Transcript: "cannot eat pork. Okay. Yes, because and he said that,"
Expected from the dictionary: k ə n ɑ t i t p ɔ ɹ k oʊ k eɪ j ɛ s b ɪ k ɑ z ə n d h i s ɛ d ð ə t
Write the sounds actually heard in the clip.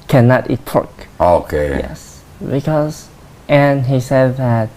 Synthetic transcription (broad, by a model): k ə n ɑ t i t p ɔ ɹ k oʊ k eɪ j ɛ s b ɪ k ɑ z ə n h i s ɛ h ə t